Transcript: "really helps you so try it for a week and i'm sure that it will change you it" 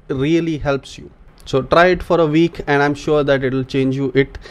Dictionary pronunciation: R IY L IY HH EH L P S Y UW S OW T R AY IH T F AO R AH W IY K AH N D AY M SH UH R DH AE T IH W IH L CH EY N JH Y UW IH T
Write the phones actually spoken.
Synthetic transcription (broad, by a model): R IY L IY HH EH L P S Y UW S OW T R AY IH T F AO R AH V IY K AH N D AY M SH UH R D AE T IH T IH L CH EY N JH Y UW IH T